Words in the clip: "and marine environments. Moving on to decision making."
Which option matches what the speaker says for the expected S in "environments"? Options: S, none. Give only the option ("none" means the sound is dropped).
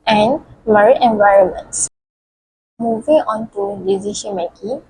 S